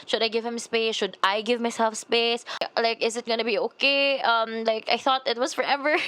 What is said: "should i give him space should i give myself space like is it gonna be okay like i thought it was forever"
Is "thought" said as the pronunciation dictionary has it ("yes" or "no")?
yes